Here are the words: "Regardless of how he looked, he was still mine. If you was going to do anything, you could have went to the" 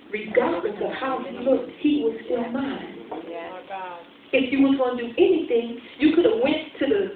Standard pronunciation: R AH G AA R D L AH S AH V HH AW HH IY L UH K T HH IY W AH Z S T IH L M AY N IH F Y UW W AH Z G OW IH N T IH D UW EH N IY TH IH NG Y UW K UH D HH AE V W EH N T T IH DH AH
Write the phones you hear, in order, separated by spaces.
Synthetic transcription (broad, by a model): R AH G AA R D L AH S AH V HH AW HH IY L UH K T HH IY W AH Z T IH N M AY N IH F Y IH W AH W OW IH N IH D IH EH N IY TH IH NG Y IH K UH D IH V W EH N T T IH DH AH